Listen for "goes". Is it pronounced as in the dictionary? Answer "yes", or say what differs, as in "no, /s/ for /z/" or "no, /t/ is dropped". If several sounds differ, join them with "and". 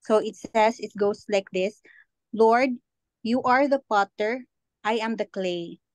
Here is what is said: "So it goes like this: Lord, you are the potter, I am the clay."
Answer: no, /s/ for /z/